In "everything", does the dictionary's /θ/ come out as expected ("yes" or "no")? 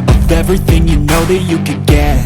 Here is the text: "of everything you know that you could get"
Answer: yes